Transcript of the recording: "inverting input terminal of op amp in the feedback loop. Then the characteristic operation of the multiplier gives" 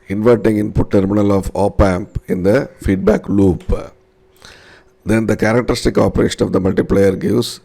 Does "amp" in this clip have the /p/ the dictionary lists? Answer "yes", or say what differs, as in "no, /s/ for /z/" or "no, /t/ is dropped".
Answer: yes